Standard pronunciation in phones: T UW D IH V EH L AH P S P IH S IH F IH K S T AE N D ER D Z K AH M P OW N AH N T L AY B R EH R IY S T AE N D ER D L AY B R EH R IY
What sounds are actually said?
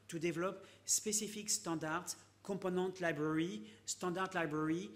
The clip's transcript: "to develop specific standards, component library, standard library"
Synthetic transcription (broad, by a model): T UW D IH V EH L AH P S P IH S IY F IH K S T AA D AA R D K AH P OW N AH T L AY B R EH R IY S T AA D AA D L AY B R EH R IY